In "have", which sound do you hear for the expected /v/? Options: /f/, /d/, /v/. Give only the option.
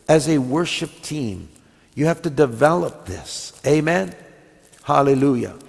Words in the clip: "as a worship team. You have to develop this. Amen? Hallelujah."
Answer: /f/